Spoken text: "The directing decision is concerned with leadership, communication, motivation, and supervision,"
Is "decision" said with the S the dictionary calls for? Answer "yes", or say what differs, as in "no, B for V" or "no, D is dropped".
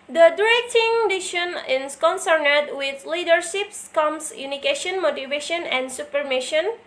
no, SH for S